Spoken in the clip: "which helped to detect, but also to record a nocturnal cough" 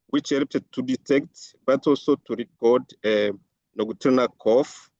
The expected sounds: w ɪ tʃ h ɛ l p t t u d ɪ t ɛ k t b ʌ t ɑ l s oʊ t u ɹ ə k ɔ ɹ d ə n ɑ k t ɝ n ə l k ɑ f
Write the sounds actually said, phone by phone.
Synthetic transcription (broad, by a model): w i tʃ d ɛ p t t u d ɪ t ɛ k t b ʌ t ɑ l s oʊ t u ɹ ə k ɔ d ə n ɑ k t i n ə k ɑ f